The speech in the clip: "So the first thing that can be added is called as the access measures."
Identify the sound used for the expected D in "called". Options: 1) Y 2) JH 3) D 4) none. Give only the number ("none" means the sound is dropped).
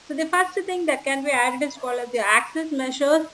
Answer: 4